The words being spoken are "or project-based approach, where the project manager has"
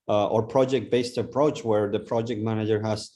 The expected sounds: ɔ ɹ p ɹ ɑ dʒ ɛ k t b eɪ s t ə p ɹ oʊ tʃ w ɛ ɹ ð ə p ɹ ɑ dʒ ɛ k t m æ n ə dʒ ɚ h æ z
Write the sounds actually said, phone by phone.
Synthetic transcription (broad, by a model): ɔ ɹ p ɹ ɑ dʒ ɛ k t b eɪ s t ə p ɹ oʊ tʃ w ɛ ɹ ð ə p ɹ ɑ dʒ ɛ k t m æ n ə dʒ ɚ h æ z